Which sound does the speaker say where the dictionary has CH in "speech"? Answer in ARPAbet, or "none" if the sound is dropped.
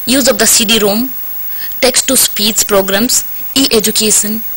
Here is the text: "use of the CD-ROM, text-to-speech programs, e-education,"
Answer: S